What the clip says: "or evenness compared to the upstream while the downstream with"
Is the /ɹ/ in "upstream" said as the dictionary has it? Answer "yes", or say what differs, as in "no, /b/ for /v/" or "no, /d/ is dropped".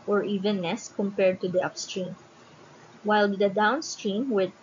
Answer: yes